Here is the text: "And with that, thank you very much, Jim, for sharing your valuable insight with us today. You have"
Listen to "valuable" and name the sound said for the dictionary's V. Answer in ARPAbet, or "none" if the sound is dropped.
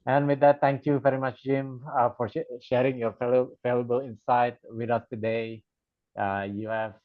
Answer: F